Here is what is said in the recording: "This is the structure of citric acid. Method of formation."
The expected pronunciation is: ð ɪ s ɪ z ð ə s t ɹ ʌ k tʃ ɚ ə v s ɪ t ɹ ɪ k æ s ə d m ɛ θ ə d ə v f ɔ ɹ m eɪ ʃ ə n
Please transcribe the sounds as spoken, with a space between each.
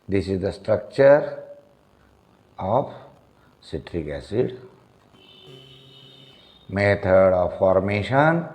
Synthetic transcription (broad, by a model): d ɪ s ɪ z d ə s t ɹ ʌ k tʃ ɚ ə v s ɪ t ɹ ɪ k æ s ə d m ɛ t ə d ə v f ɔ ɹ m eɪ ʃ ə n